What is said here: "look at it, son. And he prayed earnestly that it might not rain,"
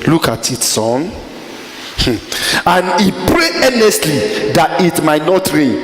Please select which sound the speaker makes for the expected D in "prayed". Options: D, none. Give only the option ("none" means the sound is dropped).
none